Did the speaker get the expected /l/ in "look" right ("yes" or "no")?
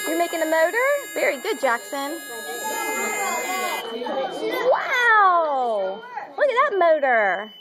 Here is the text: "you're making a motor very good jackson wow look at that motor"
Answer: no